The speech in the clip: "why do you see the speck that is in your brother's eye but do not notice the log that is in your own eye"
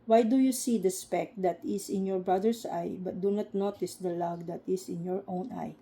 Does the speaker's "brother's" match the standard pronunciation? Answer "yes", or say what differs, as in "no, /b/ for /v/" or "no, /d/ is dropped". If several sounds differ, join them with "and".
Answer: no, /s/ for /z/